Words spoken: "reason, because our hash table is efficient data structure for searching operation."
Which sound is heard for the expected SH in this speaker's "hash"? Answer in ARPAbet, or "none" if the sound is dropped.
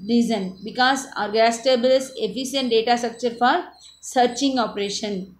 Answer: S